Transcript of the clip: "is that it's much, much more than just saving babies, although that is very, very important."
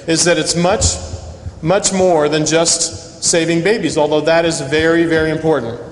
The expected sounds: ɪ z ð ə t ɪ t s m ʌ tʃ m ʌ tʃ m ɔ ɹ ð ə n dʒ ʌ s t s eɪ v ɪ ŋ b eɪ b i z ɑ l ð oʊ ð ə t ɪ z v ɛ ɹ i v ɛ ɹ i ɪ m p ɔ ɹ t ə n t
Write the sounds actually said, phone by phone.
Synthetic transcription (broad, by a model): ɪ z ð ə t ɪ t s m ʌ tʃ m ʌ tʃ m ɔ ɹ ð ə n dʒ ʌ s t s eɪ v ɪ ŋ b eɪ b i z ɑ l ð oʊ ð ə t ɪ z v ɛ ɹ i v ɛ ɹ i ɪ m p ɔ ɹ t n t